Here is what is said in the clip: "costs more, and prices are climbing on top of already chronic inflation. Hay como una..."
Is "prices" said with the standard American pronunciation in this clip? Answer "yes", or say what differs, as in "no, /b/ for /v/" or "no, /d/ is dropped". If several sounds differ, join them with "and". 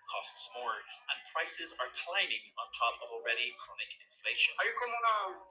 yes